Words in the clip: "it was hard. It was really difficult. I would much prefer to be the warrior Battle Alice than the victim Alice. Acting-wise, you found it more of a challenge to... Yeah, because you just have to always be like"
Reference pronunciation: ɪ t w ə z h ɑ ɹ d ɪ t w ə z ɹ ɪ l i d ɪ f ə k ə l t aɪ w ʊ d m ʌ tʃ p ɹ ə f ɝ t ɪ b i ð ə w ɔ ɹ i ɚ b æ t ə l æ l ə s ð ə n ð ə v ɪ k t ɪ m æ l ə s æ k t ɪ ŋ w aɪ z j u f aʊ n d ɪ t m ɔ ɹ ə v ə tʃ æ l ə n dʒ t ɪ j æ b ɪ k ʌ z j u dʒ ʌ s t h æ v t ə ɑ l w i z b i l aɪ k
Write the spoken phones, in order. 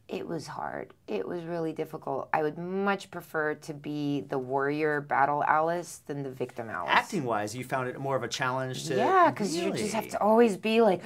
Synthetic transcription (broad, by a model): ɪ t w ə z h ɑ ɹ d ɪ t w ə z ɹ ɪ l i d ɪ f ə k l t aɪ w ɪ d m ʌ tʃ p ɹ ə f ɝ t ɪ b i ð ə w ɔ ɹ i ɚ b æ t l æ l ə s ð ə n ð ə v ɪ k t ɪ m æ l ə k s t ɪ ŋ w aɪ z j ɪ f aʊ n d ɪ t m ɔ ɹ ə v ə tʃ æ l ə n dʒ t ɪ j æ k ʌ z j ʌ dʒ ʌ s t h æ f t ə ɑ l w i z b i l aɪ k